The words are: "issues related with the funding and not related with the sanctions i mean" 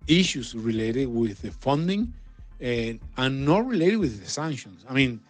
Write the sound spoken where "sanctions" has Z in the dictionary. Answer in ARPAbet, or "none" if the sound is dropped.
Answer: S